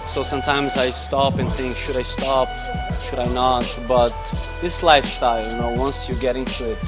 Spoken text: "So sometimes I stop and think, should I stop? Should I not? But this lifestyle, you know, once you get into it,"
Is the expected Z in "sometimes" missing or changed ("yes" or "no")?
no